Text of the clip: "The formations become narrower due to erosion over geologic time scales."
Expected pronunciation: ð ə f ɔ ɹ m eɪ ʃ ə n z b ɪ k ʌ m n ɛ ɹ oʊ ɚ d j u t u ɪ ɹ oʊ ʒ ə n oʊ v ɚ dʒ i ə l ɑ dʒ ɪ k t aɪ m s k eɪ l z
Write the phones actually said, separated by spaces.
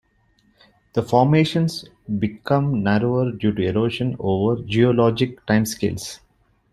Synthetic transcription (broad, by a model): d ə f ɔ ɹ m eɪ ʃ ə n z b ɪ k ʌ m n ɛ ɹ oʊ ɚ d j u t u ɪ ɹ oʊ ʃ ə n oʊ v ɚ dʒ i ə l ɑ dʒ ɪ k t aɪ m s k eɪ l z